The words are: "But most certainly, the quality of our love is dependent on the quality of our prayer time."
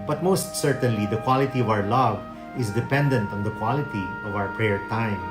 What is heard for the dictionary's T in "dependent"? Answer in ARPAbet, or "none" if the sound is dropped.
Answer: T